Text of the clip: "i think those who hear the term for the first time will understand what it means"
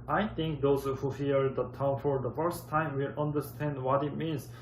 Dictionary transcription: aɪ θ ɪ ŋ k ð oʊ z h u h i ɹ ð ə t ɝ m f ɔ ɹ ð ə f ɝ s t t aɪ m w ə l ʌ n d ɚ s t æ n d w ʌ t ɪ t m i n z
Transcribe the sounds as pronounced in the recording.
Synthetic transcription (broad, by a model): aɪ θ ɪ ŋ k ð oʊ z h u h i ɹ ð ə t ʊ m f ɔ ɹ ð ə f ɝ s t t aɪ m w ə l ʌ n d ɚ s t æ n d w ʌ t ɪ t m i n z